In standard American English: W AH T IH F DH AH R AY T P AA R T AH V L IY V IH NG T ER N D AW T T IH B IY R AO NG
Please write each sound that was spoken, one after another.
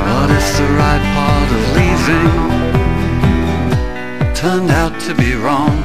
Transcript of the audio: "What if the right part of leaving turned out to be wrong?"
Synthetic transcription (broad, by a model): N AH T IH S DH AH R AY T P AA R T AH V L IY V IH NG T ER N D AW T T IH B IY R AO NG